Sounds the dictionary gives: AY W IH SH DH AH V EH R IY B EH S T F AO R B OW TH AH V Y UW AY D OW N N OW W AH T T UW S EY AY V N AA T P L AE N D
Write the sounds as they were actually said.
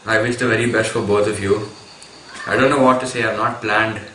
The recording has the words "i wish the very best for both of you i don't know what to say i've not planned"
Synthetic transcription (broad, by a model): AY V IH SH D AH V EH R IY B EH S T F AO R B OW T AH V Y UW AY D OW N N OW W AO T T UW S EY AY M N AA T P L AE N D